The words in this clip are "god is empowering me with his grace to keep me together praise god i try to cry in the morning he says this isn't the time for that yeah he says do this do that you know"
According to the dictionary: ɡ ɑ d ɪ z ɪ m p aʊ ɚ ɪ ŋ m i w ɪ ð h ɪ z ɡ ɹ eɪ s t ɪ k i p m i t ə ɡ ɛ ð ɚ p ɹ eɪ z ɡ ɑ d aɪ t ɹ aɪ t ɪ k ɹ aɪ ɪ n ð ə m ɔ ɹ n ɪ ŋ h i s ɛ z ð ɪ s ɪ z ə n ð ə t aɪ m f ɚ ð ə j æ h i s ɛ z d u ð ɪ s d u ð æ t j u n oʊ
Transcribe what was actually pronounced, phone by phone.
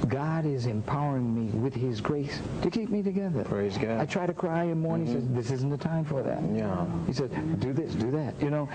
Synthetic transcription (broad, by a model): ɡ ɑ d ɪ z ɪ m p aʊ ɚ ɪ ŋ m i w ɪ ð ɪ z ɡ ɹ eɪ s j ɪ k i p m i t ə ɡ ɛ ð ɚ p ɹ eɪ z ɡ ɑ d aɪ t ɹ aɪ t ɪ k ɹ aɪ ɪ n m ɔ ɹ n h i s ɛ z ð ɪ s ɪ z n ð ə t aɪ m f ɚ ð ə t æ h i s ɛ z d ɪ ð ɪ s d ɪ ð æ t j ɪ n oʊ